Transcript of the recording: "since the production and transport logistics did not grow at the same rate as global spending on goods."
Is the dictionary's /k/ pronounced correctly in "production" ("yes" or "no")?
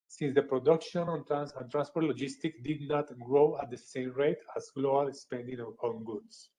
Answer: yes